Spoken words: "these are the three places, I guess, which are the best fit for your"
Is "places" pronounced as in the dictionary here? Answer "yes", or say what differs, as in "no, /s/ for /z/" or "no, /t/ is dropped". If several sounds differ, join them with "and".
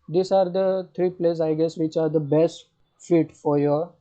no, /z/ is dropped